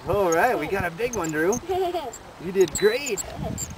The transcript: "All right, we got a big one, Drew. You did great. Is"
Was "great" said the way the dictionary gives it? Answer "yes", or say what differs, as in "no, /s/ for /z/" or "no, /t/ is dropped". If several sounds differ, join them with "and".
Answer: no, /t/ is dropped